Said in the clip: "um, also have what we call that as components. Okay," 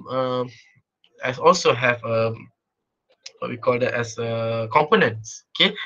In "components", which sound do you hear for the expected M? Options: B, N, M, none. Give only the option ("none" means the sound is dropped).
M